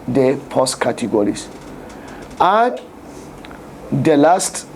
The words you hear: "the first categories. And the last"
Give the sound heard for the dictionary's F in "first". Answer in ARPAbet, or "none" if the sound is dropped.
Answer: P